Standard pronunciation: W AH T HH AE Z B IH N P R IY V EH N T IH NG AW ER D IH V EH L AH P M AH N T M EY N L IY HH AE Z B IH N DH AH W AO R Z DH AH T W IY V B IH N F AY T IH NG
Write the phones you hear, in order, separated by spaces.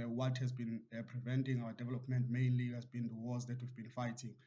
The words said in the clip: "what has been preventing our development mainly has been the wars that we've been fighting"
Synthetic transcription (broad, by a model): W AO T HH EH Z B IH N P R IY V EH N T IH NG AW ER D IH V EH L AH P M AH N T M EY N L IY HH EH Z B IH N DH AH W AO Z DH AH T W IY V B IH N F AY T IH NG